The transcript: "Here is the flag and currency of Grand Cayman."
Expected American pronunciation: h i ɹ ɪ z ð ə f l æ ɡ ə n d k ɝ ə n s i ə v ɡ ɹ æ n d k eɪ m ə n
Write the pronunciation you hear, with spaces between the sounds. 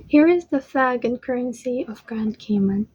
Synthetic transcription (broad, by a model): h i ɹ ɪ z ð ə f æ ɡ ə n k ɝ ə n s i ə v ɡ ɹ æ n d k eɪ m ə n